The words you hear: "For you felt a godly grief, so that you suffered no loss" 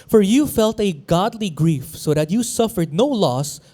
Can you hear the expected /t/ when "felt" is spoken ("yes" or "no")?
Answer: yes